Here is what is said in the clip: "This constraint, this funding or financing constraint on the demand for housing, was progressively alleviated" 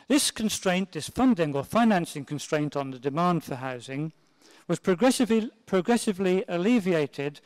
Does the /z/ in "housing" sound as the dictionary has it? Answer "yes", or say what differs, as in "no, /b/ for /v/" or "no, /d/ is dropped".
yes